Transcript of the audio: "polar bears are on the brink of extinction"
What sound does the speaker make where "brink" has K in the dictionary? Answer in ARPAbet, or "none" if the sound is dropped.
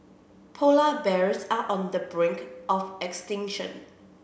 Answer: K